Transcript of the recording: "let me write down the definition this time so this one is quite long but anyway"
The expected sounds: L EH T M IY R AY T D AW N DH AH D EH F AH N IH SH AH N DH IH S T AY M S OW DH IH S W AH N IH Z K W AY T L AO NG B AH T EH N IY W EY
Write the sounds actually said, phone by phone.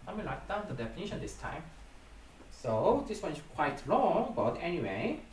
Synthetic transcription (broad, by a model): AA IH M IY L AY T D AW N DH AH D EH F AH N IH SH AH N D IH S T AY M S OW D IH S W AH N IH S K W AY T L AO NG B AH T EH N IY W EY